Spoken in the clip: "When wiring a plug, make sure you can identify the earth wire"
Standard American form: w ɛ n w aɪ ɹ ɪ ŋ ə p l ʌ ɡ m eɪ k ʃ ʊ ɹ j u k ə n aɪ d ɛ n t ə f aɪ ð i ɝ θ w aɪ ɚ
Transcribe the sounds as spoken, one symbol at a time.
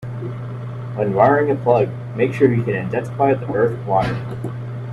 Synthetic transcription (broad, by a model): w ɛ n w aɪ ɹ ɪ ŋ ə p l ʌ ɡ m eɪ k ʃ ʊ ɹ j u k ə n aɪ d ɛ n s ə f aɪ ð i ɝ θ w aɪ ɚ